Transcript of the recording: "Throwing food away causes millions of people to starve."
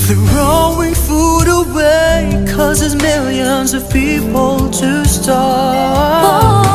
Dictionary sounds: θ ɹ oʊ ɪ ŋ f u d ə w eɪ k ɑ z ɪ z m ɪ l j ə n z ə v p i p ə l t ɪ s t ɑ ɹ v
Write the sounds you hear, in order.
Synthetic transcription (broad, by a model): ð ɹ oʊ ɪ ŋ f u d ə w eɪ k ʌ z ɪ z m ɪ l j ə n z ə v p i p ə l t ɪ s t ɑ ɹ